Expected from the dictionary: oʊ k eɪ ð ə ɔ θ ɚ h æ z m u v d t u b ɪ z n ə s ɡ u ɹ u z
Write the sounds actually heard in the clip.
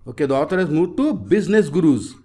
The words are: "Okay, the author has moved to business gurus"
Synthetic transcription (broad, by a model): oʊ k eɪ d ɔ t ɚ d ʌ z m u d t u b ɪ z n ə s ɡ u ɹ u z